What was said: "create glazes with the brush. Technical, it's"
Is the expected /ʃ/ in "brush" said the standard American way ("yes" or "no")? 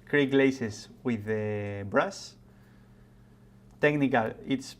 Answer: no